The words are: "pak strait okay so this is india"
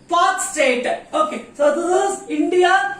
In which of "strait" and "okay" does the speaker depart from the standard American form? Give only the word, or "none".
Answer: strait